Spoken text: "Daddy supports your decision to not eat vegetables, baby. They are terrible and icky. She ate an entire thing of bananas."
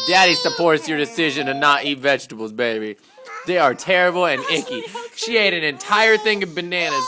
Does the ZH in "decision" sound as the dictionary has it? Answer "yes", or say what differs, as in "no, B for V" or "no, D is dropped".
yes